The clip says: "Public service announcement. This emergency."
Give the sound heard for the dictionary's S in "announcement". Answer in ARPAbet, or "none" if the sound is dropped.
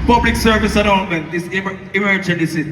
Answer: none